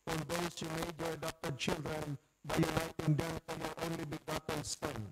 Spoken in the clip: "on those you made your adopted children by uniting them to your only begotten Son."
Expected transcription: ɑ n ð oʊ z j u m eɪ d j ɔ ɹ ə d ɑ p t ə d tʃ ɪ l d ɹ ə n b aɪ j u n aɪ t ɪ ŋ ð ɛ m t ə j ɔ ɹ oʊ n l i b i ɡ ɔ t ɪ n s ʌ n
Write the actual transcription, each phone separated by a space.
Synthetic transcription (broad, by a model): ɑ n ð oʊ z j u m eɪ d j ɔ ɹ ə d ɑ p t ə d tʃ ɪ l d ɹ ə n b aɪ j u n aɪ t ɪ ŋ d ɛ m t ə j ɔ ɹ oʊ n l i b i ɡ ɔ t ɪ n s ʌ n